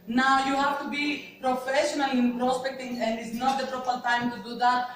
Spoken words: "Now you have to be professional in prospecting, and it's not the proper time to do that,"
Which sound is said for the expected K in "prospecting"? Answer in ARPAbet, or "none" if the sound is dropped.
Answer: K